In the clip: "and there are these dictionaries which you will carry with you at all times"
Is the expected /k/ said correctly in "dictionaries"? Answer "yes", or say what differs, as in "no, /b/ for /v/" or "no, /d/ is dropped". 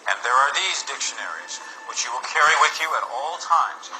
yes